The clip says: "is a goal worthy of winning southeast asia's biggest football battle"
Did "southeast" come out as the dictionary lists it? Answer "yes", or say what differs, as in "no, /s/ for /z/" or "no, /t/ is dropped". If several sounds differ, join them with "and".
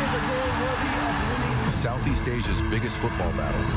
yes